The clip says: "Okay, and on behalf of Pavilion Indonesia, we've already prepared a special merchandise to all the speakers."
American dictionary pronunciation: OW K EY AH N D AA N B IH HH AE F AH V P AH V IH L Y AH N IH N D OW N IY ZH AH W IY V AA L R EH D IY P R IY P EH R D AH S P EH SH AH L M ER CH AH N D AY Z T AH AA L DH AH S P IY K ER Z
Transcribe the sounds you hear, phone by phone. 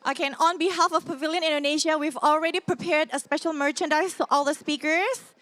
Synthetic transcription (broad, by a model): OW K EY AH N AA N B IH HH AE F AH V P AH V IH L Y AH N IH N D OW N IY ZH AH W IY V AA L R EH D IY P R IY P EH R D AH S P EH SH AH L M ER CH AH N D AY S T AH AA L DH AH S P IY K ER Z